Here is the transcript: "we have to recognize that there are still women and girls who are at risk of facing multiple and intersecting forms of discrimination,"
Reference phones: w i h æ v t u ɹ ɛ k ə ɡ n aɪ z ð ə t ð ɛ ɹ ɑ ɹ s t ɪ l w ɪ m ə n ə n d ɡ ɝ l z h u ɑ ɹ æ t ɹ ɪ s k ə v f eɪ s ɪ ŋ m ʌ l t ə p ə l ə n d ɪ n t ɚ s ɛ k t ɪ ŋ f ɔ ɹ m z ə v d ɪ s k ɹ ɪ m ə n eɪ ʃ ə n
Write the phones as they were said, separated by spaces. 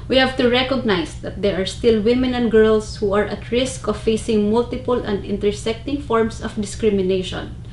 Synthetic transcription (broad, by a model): w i h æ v t u ɹ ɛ k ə ɡ n aɪ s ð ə t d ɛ ɹ ɑ ɹ s t ɪ l w ɪ m ə n ə n d ɡ ɝ l s h u ɑ ɹ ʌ t ɹ ɪ s k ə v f eɪ s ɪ ŋ m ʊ l t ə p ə l ə n d ɪ n t ɚ s ɛ k t ɪ ŋ f ɔ ɹ m s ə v d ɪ s k ɹ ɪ m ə n eɪ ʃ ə n